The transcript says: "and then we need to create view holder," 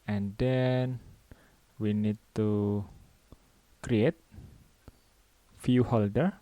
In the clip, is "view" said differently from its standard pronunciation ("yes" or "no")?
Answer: yes